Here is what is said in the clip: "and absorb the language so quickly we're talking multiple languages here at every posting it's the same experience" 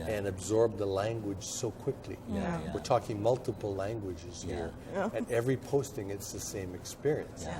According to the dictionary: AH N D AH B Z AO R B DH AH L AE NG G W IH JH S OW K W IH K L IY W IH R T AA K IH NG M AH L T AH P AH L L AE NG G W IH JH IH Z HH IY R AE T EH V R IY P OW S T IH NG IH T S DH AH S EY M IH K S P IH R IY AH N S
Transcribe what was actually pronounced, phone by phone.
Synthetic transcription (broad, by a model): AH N AH B Z AO R B DH AH L AE NG G W IH JH S OW K W IH K L IY W IH R T AA K IH NG M AH L T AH P L L AE NG G W IH JH IH Z HH IY R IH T EH V R IY P OW S T IH NG IH T S DH AH S EY M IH K S P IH R IY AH N S